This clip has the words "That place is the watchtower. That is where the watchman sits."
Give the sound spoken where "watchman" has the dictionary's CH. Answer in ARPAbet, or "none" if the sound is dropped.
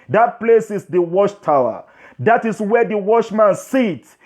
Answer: SH